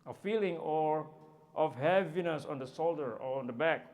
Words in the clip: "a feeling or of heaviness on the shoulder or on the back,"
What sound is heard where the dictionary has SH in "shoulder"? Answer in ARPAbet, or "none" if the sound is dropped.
S